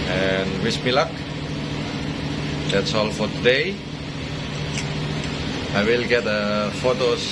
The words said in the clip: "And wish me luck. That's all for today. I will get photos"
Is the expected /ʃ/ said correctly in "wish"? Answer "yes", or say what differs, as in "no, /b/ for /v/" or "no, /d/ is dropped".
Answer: no, /s/ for /ʃ/